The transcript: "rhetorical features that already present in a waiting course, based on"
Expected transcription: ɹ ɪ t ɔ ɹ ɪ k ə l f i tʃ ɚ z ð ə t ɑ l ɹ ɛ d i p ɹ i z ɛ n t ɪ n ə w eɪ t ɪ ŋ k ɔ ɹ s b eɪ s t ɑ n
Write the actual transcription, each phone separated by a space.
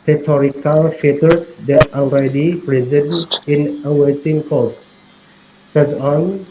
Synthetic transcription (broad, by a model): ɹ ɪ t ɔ ɹ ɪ k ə l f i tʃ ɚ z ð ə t ɑ l ɹ ɛ d i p ɹ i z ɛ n ɪ n ə w eɪ t ɪ ŋ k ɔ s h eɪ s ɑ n